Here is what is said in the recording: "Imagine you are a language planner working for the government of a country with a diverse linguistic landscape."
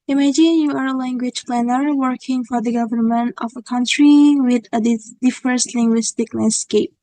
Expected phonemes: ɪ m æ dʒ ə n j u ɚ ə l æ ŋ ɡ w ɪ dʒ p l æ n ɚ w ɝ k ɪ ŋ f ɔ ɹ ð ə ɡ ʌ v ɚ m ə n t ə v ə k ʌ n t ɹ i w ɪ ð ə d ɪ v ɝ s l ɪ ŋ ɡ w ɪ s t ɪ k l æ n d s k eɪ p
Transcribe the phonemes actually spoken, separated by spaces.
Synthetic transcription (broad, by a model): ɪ m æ dʒ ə n j u ɚ ə l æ ŋ ɡ w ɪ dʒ p l æ n ɚ w ɝ k ɪ ŋ f ɔ ɹ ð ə ɡ ʌ v ɚ m ə n t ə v ə k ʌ n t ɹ i w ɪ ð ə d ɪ f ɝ s l ɪ ŋ ɡ w ɪ s t ɪ k l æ n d s k eɪ p